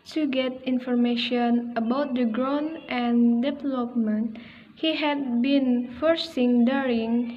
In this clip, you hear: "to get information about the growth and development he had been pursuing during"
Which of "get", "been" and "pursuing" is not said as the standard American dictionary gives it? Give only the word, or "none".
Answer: pursuing